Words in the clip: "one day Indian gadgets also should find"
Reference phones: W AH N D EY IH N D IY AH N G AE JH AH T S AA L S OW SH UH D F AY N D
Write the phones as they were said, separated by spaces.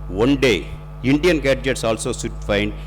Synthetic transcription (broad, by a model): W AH N D EY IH N D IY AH N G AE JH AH T S AA L S OW S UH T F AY N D